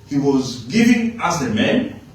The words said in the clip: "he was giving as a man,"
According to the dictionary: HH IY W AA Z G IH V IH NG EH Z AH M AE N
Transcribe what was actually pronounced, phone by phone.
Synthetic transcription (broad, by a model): HH IY W AA Z G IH V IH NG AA S AH M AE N